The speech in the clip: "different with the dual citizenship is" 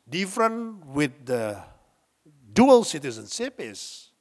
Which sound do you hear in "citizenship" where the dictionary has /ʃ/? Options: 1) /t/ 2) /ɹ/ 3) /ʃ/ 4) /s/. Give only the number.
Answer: 4